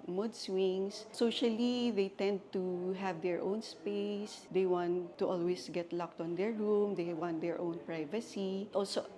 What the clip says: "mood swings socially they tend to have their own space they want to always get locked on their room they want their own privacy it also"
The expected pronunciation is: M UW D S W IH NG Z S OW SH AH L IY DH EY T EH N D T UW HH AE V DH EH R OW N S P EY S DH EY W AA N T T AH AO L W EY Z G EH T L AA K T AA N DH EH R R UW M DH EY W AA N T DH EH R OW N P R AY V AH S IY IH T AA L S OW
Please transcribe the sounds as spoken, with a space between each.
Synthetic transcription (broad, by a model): M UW D S W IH NG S S OW SH AH L IY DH EY T EH N D T UW HH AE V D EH R OW N S P EY S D EY W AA N T T AO L W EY S G EH T L AA K T AA N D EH R R UW M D EY W AA N T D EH R OW N P R AY V AH S IY T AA L S OW